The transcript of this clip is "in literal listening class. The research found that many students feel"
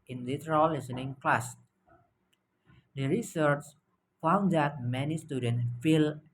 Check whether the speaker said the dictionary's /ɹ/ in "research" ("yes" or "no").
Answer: yes